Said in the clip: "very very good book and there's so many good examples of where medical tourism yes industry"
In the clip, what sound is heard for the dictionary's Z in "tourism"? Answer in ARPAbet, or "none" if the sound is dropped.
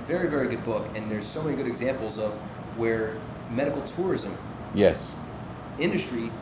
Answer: Z